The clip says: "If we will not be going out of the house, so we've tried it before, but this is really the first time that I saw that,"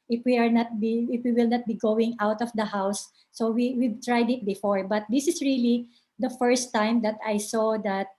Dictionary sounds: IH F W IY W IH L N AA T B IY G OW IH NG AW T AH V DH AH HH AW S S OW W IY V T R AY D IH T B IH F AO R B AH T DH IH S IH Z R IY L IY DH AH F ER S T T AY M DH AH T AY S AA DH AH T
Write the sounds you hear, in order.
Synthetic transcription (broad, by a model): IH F W IY W IH L N AA T B IY G OW IH NG AW T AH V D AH HH AW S S OW W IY W T R AY D IH T B IH F AO R B AH T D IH S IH S R IY L IY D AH F ER S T T AY M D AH T AY S AA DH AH T